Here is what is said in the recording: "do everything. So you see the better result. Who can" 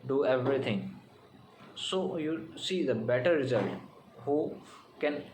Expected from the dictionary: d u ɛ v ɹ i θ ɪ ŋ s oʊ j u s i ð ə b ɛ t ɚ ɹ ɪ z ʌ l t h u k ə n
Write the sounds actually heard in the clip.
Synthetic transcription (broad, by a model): d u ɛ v ɹ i t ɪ ŋ s oʊ j u s i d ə b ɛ t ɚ ɹ ɪ z ʌ l t h u k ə n